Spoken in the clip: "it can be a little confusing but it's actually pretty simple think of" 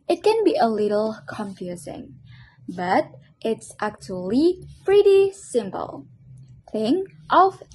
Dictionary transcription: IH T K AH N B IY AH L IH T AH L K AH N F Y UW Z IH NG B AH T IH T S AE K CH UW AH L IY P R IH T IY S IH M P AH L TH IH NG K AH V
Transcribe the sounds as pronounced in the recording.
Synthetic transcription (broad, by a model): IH T K AH N B IY AH L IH T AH L K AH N F Y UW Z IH NG B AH T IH T S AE K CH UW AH L IY P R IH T IY S IH M P AH L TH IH NG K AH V